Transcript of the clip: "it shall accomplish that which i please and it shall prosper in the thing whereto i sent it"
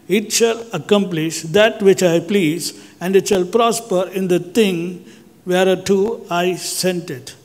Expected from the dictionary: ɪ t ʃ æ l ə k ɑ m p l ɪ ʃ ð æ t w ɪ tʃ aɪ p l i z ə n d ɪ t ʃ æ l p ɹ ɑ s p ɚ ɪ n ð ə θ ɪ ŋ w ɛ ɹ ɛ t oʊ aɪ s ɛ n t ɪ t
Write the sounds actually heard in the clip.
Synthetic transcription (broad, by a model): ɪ t ʃ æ l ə k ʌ m p l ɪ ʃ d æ t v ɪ tʃ aɪ p l i z ə n d ɪ t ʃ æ l p ɹ ɑ s p ɚ ɪ n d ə t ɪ ŋ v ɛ ɹ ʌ t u aɪ s ɛ n t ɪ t